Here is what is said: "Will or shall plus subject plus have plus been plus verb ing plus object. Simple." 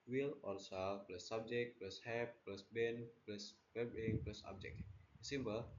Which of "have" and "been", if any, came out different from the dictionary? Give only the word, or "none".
have